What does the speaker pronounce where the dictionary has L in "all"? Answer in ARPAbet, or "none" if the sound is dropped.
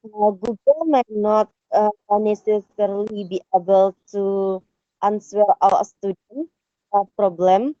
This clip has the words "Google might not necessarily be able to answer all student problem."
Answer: W